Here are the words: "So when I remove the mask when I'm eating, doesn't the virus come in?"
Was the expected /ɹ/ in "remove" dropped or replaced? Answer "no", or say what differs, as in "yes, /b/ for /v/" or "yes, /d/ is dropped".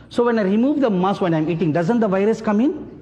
no